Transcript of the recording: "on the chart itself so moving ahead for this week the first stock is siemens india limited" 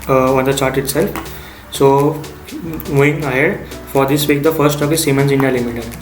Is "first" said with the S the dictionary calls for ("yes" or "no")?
no